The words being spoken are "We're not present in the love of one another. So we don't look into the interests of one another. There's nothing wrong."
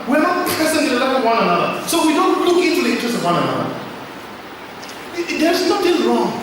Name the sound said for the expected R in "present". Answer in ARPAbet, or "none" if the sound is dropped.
none